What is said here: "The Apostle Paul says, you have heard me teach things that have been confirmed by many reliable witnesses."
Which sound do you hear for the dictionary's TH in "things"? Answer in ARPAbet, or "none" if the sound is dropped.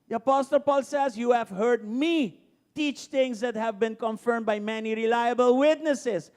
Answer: T